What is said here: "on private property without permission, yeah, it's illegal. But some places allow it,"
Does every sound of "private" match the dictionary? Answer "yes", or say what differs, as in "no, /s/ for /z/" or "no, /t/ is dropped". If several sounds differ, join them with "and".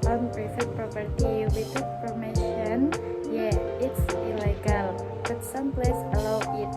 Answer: no, /f/ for /v/